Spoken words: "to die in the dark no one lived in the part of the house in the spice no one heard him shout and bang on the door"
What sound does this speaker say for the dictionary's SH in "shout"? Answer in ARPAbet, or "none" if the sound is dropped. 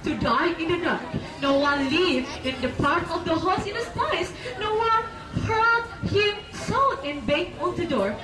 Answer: S